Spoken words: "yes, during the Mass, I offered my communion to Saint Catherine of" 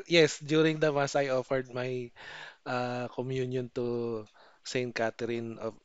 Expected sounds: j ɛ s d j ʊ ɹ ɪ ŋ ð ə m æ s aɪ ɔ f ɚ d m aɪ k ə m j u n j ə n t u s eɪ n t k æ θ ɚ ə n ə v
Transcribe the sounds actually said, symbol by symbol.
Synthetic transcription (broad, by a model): j ɛ s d j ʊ ɹ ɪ ŋ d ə m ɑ s aɪ ɔ f ɚ d m aɪ k ə m j u n j ə n t u s eɪ n t k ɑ t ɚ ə n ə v